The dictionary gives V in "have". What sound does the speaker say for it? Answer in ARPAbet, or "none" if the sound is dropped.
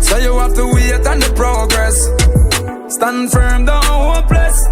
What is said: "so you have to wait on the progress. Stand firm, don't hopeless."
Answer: F